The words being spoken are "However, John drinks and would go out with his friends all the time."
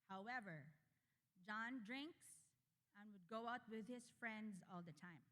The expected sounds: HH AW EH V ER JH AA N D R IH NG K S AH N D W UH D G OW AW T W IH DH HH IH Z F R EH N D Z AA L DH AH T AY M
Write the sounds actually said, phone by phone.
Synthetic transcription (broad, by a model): HH AW EH V ER JH AA N D R IH NG K S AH N W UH D G OW AW T W IH DH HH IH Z F R EH N D Z AA L DH AH T AY M